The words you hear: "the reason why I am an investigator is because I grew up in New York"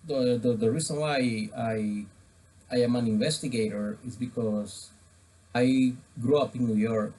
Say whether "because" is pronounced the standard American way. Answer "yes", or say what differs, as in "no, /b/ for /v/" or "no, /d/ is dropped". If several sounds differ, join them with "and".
no, /s/ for /z/